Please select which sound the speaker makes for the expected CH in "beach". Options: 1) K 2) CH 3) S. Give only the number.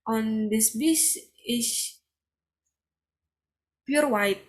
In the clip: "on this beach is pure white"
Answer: 3